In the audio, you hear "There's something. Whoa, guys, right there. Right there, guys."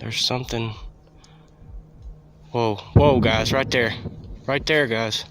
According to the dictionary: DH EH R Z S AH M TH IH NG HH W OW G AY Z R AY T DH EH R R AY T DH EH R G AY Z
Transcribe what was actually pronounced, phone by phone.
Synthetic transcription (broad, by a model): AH R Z S AH M TH IH NG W W OW G AY Z R AY T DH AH R R AY T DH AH R G AY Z